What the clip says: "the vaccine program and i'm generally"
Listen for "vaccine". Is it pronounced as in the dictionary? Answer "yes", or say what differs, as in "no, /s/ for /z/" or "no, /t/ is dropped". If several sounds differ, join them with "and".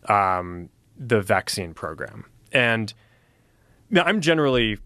yes